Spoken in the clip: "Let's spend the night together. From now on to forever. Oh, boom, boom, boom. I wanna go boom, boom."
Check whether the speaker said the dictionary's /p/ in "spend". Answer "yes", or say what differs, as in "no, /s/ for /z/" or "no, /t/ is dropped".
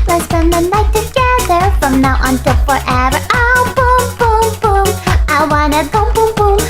no, /p/ is dropped